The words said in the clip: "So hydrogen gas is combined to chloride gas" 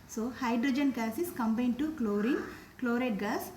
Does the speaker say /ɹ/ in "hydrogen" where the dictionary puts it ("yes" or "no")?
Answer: yes